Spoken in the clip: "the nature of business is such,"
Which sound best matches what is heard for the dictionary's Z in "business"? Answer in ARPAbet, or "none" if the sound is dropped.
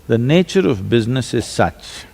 Z